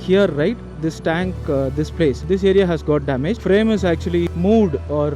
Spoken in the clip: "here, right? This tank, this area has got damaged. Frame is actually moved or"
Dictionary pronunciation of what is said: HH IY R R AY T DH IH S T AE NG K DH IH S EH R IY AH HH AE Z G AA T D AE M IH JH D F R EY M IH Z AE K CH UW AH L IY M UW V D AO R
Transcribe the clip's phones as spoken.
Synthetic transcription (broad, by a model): HH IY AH R AY T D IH S T AE NG K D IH S EH R IY AH HH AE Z G AA T D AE M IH JH F R EY M IH Z AE K CH UW AH L IY M UW V D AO R